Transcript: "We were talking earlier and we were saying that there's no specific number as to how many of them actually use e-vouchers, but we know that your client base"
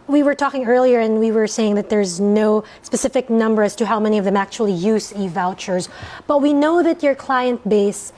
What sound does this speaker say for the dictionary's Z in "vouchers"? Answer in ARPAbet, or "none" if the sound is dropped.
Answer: Z